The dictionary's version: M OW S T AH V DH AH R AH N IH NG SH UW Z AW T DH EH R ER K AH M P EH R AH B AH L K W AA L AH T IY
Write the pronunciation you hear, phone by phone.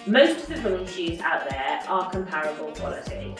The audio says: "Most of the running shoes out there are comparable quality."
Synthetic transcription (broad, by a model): M OW S T AH V DH AH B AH IH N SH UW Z AW T DH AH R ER K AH M P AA R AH B AH L K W AA L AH T IY